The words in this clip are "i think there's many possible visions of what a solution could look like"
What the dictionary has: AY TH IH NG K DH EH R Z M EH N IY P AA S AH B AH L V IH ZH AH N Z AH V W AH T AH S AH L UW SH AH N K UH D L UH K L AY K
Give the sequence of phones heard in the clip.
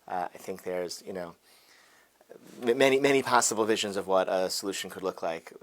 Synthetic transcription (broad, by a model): AY TH IH NG K DH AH R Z M EH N IY P AA S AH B L V IH ZH AH N Z AH V W AH T AH S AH L UW SH N K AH D L UH K L AY K